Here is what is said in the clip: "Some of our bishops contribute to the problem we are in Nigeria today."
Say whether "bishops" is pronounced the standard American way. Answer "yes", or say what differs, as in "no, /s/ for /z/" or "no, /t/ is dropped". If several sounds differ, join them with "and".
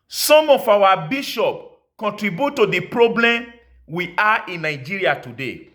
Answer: no, /s/ is dropped